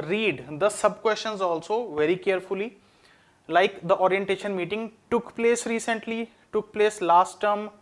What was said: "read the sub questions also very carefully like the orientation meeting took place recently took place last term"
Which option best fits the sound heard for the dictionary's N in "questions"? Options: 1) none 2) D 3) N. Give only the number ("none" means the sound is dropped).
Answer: 3